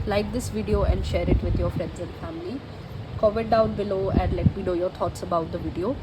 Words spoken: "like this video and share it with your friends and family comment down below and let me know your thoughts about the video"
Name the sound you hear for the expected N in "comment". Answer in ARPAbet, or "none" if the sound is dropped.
none